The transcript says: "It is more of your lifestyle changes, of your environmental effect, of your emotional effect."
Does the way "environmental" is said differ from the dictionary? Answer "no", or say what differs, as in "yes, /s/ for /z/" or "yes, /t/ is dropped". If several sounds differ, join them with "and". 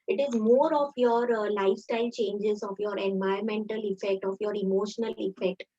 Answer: yes, /ɹ/ is dropped